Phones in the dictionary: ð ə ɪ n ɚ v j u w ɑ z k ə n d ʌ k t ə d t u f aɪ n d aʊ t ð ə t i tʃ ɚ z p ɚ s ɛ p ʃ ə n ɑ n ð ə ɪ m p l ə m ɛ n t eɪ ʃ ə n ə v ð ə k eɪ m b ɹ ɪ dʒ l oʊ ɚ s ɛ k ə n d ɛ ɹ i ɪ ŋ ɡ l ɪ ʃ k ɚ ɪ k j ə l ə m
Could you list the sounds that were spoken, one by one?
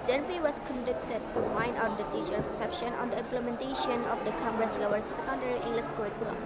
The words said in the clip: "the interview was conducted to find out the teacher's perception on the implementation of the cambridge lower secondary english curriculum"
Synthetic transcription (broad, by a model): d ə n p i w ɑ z k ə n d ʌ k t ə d t u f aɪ n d aʊ t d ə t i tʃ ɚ p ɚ s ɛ p ʃ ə n ɑ n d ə ɪ m p l ə m ɛ n t eɪ ʃ ə n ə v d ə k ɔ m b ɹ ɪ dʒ l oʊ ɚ s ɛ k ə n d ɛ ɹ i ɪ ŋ ɡ l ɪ s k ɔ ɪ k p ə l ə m